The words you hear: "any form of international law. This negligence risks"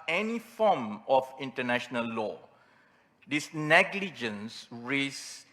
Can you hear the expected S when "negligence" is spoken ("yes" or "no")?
yes